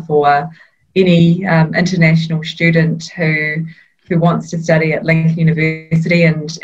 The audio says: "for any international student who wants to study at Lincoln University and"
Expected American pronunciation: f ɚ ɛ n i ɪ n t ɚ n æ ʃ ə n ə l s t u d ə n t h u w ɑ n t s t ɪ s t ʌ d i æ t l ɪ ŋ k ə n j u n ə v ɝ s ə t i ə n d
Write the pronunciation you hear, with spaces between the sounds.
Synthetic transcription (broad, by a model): f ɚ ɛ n i ɪ n t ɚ n æ ʃ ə n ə l s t u d n t h u w ɑ n t s t ɪ s t ʌ d i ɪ t l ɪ ŋ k j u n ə v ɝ s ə t i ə n